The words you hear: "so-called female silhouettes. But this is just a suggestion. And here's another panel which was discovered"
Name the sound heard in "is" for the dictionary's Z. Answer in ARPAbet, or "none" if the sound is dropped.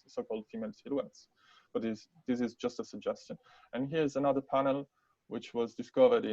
Z